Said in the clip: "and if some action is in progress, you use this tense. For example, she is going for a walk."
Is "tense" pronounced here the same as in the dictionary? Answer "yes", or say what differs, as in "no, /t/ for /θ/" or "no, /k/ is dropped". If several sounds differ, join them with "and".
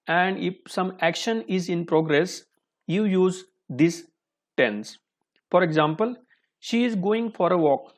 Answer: yes